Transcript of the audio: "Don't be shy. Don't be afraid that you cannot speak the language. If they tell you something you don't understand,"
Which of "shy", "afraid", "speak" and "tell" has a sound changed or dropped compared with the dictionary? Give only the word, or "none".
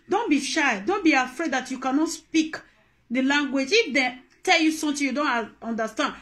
none